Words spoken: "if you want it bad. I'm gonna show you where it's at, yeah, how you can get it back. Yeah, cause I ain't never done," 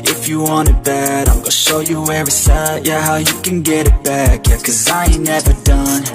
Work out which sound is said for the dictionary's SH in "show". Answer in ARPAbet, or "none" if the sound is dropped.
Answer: SH